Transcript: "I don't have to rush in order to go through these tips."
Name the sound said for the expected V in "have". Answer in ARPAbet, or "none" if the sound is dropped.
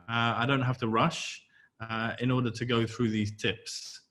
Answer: F